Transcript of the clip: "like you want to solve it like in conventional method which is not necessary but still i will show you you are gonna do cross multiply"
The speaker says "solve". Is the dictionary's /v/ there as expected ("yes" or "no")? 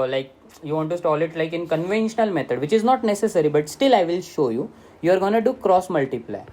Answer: no